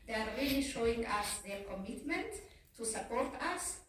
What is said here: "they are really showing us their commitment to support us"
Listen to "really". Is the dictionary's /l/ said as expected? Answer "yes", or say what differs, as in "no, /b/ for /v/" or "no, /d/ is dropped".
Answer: no, /l/ is dropped